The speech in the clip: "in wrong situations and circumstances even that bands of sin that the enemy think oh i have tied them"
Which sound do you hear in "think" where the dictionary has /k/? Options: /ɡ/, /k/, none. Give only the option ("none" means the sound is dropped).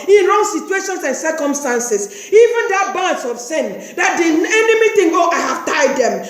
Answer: none